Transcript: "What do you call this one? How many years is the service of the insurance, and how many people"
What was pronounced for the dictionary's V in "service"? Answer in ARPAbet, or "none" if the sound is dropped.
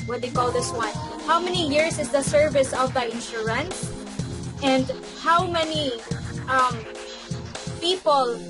V